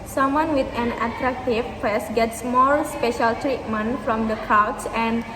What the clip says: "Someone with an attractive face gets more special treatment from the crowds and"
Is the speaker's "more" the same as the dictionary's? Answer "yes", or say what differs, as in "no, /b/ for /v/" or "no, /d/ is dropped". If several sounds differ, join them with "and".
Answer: no, /l/ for /ɹ/